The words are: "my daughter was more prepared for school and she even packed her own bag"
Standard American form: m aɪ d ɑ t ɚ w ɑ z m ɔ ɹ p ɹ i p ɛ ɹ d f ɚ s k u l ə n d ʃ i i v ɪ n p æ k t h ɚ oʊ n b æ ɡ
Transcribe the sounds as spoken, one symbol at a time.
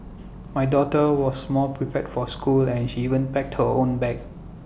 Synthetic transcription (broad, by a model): m aɪ d ɑ t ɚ w ɑ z m ɔ l p ɹ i p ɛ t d f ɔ s k u l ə n ʃ i i v ɪ n p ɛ k t h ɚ oʊ n b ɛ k